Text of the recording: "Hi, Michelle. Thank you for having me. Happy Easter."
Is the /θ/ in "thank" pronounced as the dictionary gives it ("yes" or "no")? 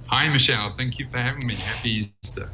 yes